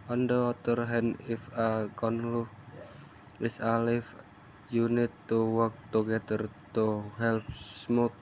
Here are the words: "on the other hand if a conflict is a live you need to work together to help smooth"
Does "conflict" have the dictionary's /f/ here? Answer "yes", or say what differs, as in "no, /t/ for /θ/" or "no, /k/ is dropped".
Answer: no, /f/ is dropped